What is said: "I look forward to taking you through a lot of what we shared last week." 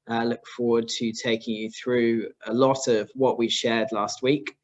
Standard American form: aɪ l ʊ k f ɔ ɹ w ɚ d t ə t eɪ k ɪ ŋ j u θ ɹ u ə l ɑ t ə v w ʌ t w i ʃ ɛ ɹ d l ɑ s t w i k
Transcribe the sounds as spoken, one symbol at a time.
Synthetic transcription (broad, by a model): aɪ l ʊ k f ɔ w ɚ d t ə t eɪ k ɪ ŋ j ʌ θ ɹ u ə l ɑ t ə v w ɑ t w i ʃ ɛ d l ɑ s t w i k